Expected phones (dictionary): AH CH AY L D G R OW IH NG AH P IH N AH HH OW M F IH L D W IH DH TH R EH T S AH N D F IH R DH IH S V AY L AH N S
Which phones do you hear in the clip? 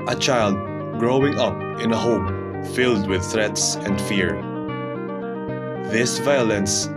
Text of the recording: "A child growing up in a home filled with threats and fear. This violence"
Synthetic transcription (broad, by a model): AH CH AY L D G R OW IH NG AH P IH N AH HH OW M F IH L D W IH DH TH R EH T S AH N D F IH R DH IH S V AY L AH N S